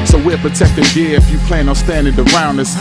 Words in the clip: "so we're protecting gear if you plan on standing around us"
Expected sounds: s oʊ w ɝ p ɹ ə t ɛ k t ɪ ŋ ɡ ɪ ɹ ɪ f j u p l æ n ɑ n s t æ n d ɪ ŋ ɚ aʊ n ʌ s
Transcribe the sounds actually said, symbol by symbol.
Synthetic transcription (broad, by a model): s oʊ w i p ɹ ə t ɛ k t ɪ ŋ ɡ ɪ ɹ ɪ f j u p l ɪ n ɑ s t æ n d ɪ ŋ ɚ aʊ n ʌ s